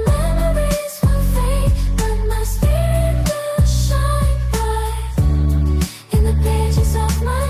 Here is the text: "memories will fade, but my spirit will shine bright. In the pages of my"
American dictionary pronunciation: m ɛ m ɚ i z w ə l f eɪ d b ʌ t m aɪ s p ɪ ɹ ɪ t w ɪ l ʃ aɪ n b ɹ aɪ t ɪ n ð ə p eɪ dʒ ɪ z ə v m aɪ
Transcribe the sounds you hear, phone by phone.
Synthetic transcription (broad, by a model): m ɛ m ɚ i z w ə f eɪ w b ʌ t m aɪ s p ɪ ɹ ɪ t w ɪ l ʃ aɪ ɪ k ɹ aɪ ɪ n ð ə p eɪ dʒ ɪ z ə v m aɪ